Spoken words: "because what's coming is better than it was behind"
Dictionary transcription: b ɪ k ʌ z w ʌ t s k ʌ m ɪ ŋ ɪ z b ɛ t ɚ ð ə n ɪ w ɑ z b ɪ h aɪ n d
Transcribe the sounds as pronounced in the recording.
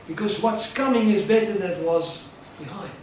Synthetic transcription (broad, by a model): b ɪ k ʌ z w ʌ t s k ʌ m ɪ ŋ ɪ z b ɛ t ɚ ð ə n w ɑ z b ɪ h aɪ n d